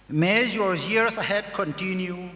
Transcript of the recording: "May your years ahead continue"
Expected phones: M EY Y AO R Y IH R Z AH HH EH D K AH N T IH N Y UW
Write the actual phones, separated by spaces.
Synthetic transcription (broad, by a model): M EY Y AO R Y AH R S AH HH EH D K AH N T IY N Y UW